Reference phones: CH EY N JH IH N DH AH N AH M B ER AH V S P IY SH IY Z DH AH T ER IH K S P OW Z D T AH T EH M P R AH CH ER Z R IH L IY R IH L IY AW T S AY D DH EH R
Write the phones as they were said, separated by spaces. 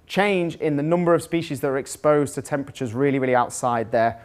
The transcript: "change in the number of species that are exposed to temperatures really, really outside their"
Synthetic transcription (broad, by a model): CH EY N JH IH N DH AH N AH M B ER AH V S P IY SH IY Z DH AH T ER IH K S P OW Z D T AH T EH M P R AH CH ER Z R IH L IY R IH L IY AW T S AY D DH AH